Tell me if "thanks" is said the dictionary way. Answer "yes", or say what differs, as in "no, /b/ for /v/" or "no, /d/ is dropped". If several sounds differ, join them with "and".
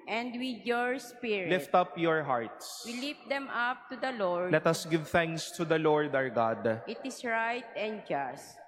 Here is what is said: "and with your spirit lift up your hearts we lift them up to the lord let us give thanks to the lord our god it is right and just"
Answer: yes